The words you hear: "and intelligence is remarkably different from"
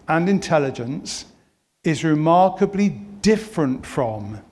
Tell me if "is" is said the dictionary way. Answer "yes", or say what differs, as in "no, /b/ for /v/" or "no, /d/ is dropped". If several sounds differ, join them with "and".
yes